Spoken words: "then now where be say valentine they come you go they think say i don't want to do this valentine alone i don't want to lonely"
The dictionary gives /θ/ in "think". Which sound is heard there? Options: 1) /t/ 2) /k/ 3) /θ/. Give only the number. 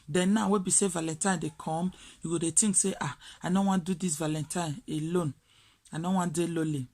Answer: 1